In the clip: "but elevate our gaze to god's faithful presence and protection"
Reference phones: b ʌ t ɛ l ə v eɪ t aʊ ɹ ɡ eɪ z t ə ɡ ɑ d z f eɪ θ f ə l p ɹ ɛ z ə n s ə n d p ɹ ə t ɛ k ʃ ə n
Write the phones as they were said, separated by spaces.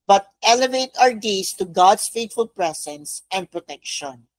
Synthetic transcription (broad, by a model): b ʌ t ɛ l ə v eɪ t aʊ ɹ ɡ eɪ s t ə ɡ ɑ d s f eɪ t f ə l p ɹ ɛ s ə n s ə n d p ɹ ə t ɛ k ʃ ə n